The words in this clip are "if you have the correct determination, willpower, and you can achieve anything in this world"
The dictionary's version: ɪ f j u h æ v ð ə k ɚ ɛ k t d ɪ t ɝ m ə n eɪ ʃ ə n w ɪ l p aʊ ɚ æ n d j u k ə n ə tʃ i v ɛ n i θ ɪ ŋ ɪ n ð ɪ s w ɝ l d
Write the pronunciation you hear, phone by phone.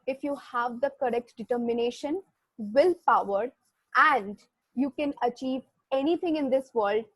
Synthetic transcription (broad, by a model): ɪ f j u h æ v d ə k ɚ ɛ k t d ɪ t ɝ m ə n eɪ ʃ ə n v ɪ l p aʊ ɚ æ n d j u k ə n ə tʃ i v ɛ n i t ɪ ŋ ɪ n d ɪ s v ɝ l d